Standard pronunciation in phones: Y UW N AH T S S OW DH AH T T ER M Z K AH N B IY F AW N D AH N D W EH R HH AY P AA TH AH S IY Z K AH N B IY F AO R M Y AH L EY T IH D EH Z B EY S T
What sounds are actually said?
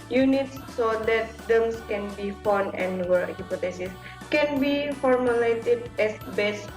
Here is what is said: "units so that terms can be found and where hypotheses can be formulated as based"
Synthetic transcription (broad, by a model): Y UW N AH T S S OW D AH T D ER M S K AH N B IY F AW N AH N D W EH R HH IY P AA T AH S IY S K AH N B IY F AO R M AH L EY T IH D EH S B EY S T